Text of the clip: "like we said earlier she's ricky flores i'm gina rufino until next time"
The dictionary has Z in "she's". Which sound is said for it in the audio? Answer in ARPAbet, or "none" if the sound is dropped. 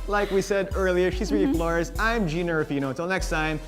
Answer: Z